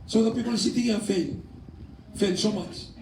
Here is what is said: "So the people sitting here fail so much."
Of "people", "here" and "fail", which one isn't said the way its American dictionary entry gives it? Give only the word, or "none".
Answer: here